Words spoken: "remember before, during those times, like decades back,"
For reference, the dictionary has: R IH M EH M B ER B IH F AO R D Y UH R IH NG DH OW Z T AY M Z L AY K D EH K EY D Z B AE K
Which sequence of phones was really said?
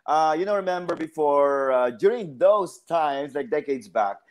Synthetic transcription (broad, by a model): R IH M EH M B ER B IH F AO R D Y UH R IH NG DH OW Z T AY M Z L AY K D EH K EY D Z B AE K